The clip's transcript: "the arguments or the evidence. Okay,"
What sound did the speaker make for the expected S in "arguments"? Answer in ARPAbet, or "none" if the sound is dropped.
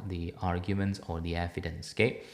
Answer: S